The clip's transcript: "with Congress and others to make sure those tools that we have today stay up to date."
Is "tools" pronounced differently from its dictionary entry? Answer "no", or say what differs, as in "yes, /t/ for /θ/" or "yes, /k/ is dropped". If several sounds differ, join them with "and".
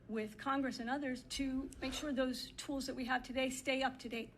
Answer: no